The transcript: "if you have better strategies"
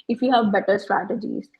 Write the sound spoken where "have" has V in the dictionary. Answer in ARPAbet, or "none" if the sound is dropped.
V